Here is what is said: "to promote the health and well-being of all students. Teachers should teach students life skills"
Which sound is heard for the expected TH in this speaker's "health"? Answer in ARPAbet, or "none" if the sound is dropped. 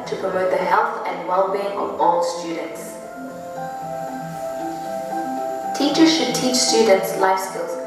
TH